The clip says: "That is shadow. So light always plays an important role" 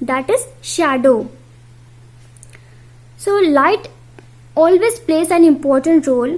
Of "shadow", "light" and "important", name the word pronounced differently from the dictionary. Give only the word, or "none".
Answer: none